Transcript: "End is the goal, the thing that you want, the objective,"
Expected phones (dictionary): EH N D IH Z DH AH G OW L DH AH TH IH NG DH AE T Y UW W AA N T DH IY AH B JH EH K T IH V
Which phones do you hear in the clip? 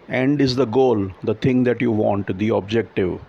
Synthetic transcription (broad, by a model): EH N D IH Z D AH G OW L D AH T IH NG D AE T Y UW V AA N T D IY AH B JH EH K T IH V